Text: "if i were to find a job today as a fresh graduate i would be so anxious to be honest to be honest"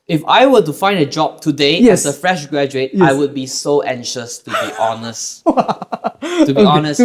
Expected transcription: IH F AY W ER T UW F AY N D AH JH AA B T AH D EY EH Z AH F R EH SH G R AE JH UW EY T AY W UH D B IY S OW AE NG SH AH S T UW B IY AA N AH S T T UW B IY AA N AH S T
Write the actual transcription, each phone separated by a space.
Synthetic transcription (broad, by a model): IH F AY W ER T UW F AY N D AH JH AA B T AH D EY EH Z AH F R EH SH G R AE JH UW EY T AY W UH D B IY S OW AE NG SH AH S T UW B IY AA N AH S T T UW B IY AA N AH S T